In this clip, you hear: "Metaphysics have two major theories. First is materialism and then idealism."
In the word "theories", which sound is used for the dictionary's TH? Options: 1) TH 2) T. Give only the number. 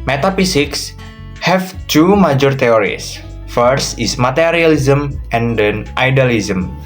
2